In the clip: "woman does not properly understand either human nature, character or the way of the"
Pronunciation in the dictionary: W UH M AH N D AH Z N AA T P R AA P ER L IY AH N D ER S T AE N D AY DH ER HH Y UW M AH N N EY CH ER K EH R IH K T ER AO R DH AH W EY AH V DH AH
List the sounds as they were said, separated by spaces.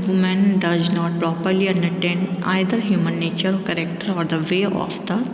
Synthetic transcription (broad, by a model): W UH M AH N D AH Z N AA T P R AA P ER L IY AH N D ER T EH N D AY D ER HH Y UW M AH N N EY CH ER K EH R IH K T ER AO R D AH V EY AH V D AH